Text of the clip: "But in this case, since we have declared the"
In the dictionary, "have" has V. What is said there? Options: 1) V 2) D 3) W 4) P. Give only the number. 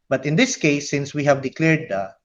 1